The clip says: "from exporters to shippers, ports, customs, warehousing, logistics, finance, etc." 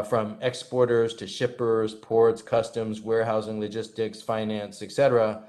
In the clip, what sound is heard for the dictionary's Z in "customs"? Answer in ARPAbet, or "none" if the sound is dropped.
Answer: Z